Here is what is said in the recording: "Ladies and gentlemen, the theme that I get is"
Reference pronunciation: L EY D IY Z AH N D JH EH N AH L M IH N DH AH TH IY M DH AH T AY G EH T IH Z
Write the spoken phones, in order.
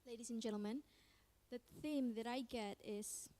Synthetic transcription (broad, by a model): L EY D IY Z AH N JH EH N L M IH N DH AH TH IY M DH AH T AY G EH T IH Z